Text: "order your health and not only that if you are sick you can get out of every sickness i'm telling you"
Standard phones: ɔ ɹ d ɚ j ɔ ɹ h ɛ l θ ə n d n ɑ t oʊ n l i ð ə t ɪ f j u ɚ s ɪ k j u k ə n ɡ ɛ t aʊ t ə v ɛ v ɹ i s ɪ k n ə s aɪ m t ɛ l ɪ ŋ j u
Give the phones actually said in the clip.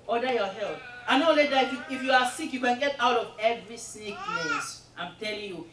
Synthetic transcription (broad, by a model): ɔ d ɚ j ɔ h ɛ l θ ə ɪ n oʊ l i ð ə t ɪ f j u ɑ s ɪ k j u k ə n ɡ ɛ t aʊ t ə v ɛ v ɹ i s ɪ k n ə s aɪ m t ɛ l ɪ ŋ j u